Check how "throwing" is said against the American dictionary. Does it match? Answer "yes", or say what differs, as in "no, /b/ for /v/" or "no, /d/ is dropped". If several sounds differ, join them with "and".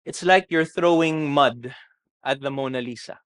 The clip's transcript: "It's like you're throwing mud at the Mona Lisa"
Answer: yes